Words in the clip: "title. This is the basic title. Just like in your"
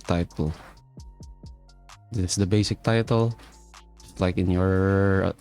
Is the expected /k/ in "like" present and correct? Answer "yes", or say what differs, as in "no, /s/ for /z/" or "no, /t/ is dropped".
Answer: yes